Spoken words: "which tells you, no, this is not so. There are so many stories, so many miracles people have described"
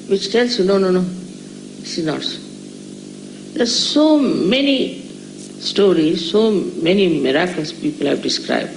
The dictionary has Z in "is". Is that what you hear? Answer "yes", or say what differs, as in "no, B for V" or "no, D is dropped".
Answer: no, S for Z